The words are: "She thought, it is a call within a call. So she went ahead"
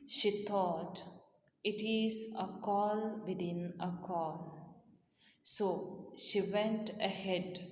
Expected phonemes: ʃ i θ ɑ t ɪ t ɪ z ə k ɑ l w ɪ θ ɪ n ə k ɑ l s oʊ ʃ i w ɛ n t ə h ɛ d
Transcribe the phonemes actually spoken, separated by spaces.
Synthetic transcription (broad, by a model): ʃ i t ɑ t ɪ t ɪ z ə k ɑ l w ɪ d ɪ n ə k ɑ l s oʊ ʃ i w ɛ n t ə h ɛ d